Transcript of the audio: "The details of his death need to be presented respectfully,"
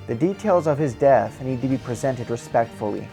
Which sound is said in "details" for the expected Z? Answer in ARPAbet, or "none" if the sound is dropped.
Z